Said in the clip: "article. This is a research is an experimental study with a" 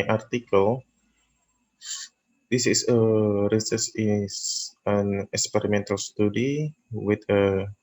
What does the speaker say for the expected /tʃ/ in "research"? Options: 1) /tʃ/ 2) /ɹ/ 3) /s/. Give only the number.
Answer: 3